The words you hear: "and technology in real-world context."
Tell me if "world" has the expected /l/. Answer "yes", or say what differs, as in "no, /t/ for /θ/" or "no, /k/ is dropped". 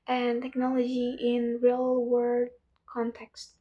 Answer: no, /l/ is dropped